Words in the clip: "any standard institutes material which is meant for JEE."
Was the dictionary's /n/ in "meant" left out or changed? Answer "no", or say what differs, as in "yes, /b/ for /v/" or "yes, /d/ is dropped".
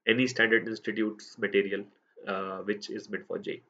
yes, /n/ is dropped